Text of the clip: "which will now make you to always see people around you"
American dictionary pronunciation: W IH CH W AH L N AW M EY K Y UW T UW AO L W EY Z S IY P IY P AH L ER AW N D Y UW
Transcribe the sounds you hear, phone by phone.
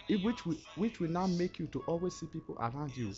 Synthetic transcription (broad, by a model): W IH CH W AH W N AW M EY K Y UW T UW AO L W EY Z S IY P IY P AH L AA AW N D Y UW